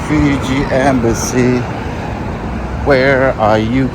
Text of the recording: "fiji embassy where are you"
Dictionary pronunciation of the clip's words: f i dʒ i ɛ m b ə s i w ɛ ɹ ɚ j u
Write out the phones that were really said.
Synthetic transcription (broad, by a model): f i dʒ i ɛ m b ə s i w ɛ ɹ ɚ j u